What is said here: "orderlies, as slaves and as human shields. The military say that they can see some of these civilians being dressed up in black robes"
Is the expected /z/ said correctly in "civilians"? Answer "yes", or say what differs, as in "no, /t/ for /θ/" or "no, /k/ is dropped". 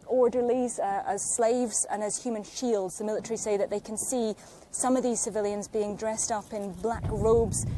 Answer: yes